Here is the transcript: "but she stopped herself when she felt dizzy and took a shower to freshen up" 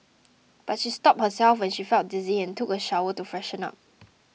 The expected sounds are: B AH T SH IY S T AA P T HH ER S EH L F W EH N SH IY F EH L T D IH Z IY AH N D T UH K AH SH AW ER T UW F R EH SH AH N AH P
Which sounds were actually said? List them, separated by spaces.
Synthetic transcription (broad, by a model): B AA T SH IY S T AA P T HH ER S EH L F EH N SH IY F EH L T D IH Z IY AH N T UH K AH SH AW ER T UW F R EH SH AH N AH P